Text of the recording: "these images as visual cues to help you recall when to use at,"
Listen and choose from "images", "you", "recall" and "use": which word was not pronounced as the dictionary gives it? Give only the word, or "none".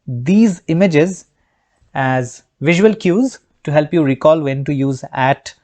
none